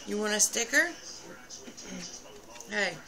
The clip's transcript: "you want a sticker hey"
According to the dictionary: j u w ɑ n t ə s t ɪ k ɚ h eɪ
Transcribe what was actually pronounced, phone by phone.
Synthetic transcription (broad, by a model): j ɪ w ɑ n ə s t ɪ k ɚ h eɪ